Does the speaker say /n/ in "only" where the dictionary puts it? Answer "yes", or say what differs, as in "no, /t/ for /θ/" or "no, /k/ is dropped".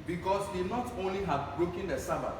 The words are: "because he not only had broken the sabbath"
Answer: yes